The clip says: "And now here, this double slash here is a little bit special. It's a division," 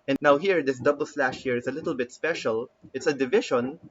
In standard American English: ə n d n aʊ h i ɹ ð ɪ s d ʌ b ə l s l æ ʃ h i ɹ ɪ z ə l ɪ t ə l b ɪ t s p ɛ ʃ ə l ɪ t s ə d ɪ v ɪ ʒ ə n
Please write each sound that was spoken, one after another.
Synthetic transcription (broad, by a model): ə n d n aʊ h i ɹ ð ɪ s d ʌ b ə l s l æ ʃ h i ɹ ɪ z ə l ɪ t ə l b ɪ t s p ɛ ʃ ə l ɪ t s ə d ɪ v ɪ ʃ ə n